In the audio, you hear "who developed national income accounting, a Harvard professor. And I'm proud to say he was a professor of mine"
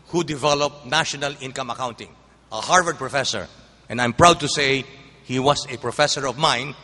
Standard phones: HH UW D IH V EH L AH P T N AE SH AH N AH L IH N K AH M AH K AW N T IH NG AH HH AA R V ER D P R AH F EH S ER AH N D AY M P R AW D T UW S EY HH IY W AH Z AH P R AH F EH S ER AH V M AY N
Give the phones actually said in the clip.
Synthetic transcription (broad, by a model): HH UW D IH V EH L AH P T N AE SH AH N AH L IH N K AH M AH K AW N T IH NG AH HH AA R V ER D P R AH F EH S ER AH N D AY M P R AW D T UW S EY HH IY W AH S AH P R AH F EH S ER AH V M AY N